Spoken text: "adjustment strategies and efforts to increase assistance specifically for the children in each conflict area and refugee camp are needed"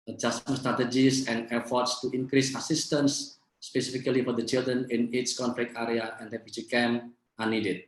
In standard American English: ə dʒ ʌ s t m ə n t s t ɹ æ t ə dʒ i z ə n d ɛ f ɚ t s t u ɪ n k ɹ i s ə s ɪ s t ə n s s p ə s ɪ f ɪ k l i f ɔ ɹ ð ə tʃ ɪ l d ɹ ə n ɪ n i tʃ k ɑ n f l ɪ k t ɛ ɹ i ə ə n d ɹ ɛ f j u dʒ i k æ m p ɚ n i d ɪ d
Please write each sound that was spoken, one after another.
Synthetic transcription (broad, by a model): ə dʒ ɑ s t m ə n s t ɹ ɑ t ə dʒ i s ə n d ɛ f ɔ t s t u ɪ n k ɹ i s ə s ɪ s t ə n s s p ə s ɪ f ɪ k l i f ɔ ɹ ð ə tʃ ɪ l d ɹ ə n ɪ n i s k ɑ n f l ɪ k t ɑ ɹ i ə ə n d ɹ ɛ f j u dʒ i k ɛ m ɑ n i d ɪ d